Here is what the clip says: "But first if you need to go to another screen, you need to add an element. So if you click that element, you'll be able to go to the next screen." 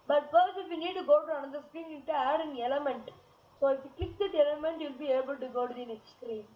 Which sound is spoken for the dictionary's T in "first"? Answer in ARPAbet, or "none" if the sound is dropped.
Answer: none